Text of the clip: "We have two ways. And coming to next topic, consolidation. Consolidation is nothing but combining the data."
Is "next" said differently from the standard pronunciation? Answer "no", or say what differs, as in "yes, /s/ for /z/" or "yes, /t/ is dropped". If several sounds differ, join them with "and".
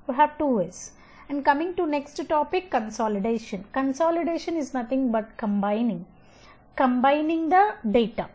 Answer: no